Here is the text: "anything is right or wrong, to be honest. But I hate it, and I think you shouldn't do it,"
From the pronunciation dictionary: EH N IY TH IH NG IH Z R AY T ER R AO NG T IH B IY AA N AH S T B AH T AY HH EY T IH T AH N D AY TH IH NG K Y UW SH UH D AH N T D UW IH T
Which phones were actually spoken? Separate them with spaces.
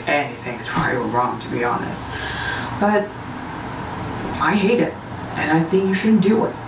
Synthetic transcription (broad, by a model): EH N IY TH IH NG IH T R AY ER R AO NG T IH B IY AA N AH S T B AH T AY HH EY T IH T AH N AY TH IH NG K Y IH SH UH D N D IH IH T